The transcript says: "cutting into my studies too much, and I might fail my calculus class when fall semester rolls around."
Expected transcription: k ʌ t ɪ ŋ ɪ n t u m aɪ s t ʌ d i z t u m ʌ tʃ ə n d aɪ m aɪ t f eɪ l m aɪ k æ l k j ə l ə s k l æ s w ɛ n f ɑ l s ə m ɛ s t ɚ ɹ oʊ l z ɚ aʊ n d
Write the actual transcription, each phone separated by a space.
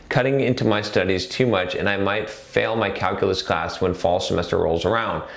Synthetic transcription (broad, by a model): k ʌ t ɪ ŋ ɪ n t u m aɪ s t ʌ d i z t u m ʌ tʃ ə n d aɪ m aɪ t f eɪ l m aɪ k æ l k j l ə s k l æ s w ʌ n f ɑ l s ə m ɛ s t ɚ ɹ oʊ l z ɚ aʊ n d